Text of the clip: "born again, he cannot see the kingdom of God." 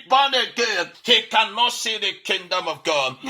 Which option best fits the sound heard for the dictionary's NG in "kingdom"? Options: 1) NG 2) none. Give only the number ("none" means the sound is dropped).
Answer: 1